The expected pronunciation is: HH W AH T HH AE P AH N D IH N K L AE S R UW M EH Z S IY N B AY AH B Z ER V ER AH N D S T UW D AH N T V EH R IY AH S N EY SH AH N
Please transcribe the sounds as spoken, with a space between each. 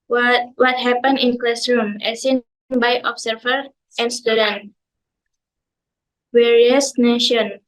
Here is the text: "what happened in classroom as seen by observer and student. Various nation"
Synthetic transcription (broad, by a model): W W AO T HH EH P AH N IH N K L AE S R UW M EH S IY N B AY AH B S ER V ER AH N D S T UW D AH N T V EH R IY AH S N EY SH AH N